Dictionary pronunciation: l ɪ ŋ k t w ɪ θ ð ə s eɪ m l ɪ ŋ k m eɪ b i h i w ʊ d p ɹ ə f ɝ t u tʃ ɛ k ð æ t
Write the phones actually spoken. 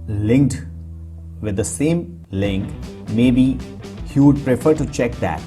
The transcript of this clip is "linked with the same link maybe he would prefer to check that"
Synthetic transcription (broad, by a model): l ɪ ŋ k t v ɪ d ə s eɪ m l ɪ ŋ k m eɪ b i h i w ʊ d p ɹ ə f ɝ t u tʃ ɛ k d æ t